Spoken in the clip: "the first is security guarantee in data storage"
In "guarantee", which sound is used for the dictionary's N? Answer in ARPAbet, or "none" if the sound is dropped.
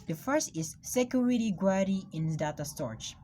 none